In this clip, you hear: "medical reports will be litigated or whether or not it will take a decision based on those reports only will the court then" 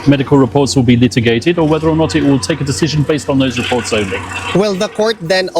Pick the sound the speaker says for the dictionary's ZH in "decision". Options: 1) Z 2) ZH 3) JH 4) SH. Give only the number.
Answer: 2